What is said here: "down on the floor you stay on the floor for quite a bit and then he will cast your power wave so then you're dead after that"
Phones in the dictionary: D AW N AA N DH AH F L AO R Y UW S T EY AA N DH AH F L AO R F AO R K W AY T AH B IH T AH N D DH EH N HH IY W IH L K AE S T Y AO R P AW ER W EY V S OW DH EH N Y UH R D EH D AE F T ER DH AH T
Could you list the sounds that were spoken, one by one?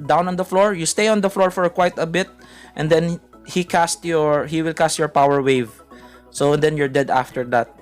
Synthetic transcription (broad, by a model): D AW N AA N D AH F L AO R Y UW S T EY AA N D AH F L AO R F AO R K W AY T AH B IH T AH N D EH N HH IY W IH L K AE S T Y AO R P AW ER W EY V S OW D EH N Y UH R D EH D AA F T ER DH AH T